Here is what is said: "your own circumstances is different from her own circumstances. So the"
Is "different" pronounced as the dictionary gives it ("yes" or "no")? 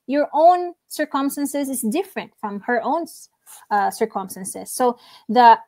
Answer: yes